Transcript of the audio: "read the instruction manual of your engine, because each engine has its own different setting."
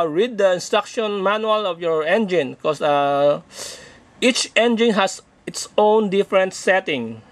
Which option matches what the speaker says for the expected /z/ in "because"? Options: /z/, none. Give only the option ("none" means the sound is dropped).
none